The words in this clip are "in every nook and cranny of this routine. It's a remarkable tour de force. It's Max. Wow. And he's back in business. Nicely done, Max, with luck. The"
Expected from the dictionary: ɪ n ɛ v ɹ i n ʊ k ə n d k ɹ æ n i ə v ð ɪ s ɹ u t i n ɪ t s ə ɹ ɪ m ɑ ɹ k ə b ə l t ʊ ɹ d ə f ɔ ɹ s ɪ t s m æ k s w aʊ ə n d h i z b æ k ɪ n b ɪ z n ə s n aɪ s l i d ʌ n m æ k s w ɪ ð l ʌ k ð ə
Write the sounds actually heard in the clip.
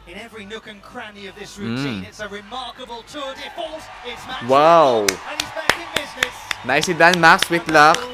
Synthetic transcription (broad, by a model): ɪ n ɛ v ɹ i n ʊ k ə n k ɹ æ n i ə v ð ɪ s ɹ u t i n ɪ t s ə ɹ ɪ m ɑ ɹ k ə b ə l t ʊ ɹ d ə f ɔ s ɪ t s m w aʊ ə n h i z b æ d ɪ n b ɪ z n ə s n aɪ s i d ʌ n m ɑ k s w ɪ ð l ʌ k